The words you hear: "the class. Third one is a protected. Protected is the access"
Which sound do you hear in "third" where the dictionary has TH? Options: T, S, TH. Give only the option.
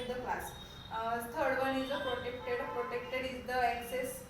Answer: S